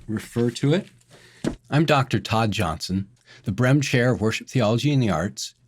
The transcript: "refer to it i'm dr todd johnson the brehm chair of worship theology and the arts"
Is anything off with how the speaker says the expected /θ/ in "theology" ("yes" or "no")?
no